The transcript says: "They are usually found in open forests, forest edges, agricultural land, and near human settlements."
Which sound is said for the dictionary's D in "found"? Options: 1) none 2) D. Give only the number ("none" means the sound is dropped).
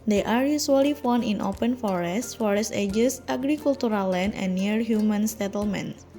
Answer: 1